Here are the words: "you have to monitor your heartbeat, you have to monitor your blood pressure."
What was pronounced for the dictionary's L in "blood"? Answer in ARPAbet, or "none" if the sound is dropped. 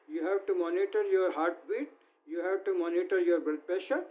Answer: none